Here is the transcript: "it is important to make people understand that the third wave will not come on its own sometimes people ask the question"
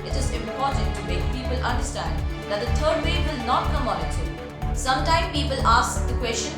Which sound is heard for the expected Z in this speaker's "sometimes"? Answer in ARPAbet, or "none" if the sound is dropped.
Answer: none